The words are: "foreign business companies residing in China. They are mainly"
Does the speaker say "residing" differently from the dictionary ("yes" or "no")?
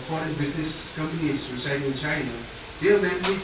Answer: yes